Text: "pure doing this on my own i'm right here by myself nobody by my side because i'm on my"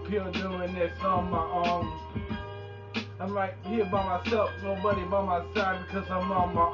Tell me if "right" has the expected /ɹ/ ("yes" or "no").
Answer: no